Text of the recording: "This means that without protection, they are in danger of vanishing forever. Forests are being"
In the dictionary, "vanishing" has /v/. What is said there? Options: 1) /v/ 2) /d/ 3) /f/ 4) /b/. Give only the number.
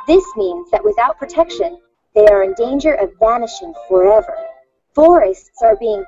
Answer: 1